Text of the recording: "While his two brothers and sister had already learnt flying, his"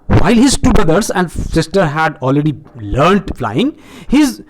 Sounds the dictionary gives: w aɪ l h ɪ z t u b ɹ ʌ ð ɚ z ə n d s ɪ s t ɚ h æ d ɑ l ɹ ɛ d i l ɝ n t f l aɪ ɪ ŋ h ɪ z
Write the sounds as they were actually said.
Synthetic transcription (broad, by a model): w aɪ l h ɪ z t u b ɹ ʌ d ɚ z ə n d s ɪ s t ɚ h æ d ɑ l ɹ ɛ d i l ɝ n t f l aɪ ɪ ŋ h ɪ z